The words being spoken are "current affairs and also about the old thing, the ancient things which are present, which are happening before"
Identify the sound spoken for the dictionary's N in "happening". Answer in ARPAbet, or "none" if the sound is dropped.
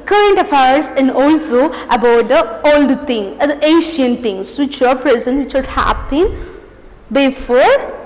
none